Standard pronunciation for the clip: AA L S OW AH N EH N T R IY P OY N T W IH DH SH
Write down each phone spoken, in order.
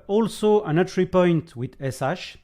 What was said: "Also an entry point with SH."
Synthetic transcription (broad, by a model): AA L S OW AH N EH T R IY P OY N T W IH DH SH